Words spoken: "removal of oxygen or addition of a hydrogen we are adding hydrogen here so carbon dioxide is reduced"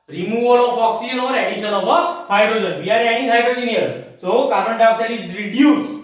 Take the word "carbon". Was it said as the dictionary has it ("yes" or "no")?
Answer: no